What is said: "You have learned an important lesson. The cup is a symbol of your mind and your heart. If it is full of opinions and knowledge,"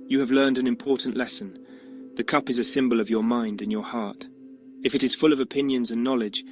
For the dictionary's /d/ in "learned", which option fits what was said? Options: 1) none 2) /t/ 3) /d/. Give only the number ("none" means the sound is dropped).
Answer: 3